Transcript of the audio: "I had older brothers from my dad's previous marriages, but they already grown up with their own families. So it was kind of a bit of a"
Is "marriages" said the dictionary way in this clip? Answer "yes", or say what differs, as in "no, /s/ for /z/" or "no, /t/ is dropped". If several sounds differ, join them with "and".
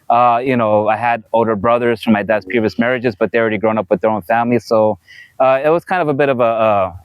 yes